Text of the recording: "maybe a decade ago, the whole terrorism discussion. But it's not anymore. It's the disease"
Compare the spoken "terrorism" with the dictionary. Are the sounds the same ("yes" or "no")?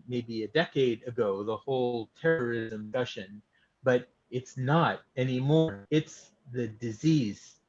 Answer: yes